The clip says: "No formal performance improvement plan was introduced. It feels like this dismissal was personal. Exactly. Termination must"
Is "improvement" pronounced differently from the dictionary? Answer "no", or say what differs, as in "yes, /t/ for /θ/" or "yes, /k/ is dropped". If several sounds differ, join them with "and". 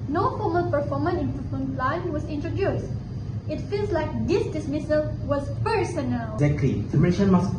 yes, /v/ is dropped